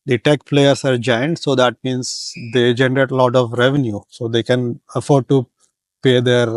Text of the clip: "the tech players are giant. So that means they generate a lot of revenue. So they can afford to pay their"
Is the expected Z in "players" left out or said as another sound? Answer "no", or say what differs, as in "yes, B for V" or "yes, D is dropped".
yes, S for Z